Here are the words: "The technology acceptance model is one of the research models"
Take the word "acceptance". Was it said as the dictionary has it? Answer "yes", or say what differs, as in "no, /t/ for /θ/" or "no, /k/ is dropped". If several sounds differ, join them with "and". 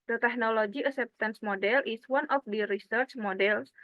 no, /k/ is dropped